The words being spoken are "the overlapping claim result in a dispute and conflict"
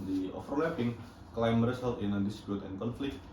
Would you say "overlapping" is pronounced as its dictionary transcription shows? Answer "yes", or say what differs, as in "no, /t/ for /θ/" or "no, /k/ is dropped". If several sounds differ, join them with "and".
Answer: no, /f/ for /v/